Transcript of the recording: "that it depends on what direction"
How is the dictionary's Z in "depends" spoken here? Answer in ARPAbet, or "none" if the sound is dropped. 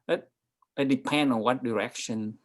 none